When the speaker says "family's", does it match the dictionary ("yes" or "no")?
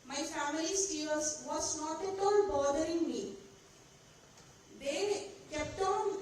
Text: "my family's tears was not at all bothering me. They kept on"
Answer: no